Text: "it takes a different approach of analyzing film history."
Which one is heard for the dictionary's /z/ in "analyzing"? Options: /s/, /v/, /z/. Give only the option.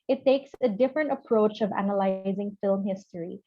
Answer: /z/